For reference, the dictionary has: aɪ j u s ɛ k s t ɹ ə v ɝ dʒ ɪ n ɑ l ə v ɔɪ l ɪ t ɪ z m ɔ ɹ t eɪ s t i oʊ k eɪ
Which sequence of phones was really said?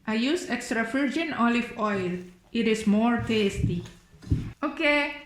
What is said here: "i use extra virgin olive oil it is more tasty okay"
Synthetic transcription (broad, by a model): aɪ j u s ɛ k s t ɹ ə f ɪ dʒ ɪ n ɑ l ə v ɔɪ l ɪ t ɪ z m ɔ ɹ t eɪ s t i oʊ k eɪ